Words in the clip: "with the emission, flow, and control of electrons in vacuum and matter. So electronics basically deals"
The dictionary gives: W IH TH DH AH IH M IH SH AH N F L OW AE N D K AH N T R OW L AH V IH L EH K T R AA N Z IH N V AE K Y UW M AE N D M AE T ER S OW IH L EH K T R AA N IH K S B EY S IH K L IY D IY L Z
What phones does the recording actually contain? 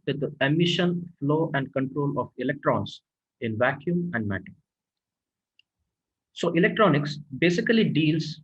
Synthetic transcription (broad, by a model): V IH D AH IH M IH SH AH N F L OW AE N D K AH N T R OW L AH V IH L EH K T R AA N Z IH N V AE K Y UW M AE N D M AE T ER S OW IH L EH K T R AA N IH K S B EY S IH K L IY D IY L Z